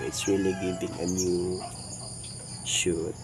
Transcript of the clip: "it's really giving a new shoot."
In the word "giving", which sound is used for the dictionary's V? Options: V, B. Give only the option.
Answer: B